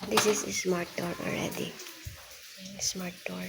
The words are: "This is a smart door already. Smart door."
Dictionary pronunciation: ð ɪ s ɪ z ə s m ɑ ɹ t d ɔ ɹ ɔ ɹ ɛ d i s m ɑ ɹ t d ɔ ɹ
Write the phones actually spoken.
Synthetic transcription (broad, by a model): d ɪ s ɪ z ə s m ɑ ɹ t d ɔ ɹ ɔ l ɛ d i s m ɑ ɹ t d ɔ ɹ